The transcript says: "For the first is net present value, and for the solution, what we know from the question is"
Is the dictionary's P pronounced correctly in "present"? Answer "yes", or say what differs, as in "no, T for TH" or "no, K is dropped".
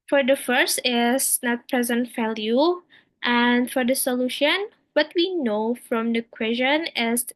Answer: yes